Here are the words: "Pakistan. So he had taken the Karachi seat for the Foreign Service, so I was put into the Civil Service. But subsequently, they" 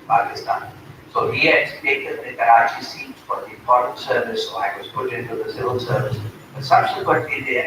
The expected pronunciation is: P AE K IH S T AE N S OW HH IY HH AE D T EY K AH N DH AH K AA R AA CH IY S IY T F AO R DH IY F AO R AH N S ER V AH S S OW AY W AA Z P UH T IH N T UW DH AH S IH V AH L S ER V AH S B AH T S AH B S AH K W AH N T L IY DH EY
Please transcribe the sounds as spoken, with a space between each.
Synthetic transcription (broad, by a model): P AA K IH S T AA N S OW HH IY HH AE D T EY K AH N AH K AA R AA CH IY S IY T F AO R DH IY P AO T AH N S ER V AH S S OW AY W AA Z P UH T IH N T UW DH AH S IH V AH L S ER V AH S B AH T S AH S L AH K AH T IY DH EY